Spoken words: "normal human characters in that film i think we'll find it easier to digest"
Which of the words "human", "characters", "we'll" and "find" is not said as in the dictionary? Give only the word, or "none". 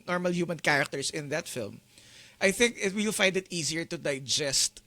characters